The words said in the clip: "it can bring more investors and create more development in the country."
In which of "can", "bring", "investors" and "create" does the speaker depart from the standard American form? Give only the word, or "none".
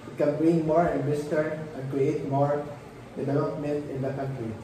investors